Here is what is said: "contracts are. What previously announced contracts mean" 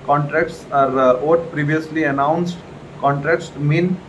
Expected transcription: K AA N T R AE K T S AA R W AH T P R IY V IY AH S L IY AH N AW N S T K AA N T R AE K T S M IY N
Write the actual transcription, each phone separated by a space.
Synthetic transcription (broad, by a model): K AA N T R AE K T S AA R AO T P R IY V IY AH S L IY AH N AW N S T K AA N T R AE K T S M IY N